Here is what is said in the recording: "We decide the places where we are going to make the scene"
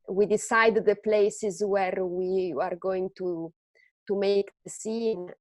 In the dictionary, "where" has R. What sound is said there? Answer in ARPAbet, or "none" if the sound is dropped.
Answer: R